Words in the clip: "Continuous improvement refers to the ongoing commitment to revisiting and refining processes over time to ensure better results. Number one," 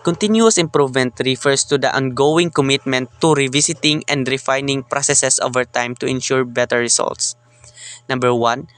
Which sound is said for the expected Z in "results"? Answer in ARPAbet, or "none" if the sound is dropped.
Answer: S